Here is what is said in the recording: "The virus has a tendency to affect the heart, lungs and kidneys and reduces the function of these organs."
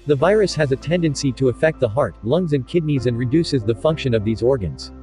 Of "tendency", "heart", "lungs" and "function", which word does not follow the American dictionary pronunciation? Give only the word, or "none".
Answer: none